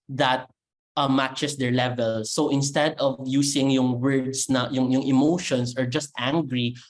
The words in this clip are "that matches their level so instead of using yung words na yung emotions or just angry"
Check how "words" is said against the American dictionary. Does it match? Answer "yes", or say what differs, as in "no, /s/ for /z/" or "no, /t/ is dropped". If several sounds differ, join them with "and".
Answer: no, /s/ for /z/